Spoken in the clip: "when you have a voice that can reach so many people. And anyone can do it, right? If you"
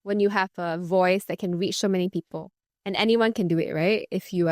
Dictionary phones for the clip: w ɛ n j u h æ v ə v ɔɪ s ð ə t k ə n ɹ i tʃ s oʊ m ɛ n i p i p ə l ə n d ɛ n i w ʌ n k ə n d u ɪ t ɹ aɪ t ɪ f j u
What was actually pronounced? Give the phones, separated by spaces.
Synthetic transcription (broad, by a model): w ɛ n j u h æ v ə v ɔɪ s ð ə t k ə n ɹ i tʃ s oʊ m ɛ n i p i p ə l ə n ɛ n i w ʌ n k ə n d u ɪ t ɹ aɪ t ɪ f j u